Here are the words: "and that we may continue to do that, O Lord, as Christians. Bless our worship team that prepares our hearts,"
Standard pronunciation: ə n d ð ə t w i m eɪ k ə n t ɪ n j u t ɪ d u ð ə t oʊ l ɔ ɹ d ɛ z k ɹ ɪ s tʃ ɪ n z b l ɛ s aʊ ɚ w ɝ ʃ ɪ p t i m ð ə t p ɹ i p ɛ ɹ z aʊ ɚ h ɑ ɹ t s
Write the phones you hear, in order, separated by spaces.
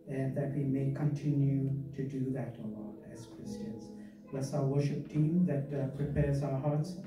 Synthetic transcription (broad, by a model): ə n ð ə t w i m eɪ k ə n t ɪ n j u t ɪ d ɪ ð ə t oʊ l ɔ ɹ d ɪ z k ɹ ɪ s tʃ ɪ n z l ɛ s aʊ ɚ w ɝ ʃ ɪ p t i m ð ə t p ɹ i p ɛ ɹ z aʊ ɚ h ɑ ɹ t s